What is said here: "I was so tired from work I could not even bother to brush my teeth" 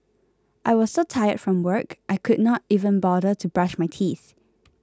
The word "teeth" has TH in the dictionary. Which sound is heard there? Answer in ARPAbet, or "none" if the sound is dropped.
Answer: TH